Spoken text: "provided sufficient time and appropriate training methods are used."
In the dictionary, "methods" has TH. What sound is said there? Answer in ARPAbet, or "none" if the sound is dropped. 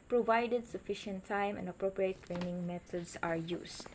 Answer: T